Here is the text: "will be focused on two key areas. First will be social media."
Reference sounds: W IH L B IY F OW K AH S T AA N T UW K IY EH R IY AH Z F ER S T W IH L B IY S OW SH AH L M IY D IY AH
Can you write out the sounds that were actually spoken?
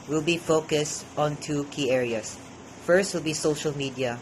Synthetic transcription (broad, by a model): W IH L B IY F OW K AH S T AA N T UW K IY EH R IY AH S F ER S T W IH L B IY S OW SH AH L M IY D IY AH